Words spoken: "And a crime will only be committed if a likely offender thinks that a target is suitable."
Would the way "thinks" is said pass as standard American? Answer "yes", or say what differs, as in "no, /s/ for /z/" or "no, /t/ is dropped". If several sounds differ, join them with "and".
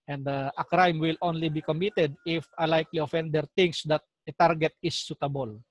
no, /t/ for /θ/